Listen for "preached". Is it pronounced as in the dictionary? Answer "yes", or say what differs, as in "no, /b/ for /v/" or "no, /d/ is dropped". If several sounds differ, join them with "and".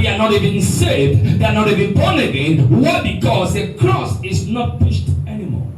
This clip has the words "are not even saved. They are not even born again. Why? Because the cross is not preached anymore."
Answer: no, /ɹ/ is dropped